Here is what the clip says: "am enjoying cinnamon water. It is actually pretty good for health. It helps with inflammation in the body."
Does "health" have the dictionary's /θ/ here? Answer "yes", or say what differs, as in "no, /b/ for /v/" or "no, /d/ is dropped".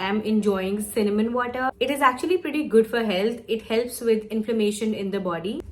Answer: no, /t/ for /θ/